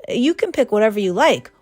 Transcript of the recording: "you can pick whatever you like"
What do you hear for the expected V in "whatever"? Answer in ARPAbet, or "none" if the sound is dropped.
V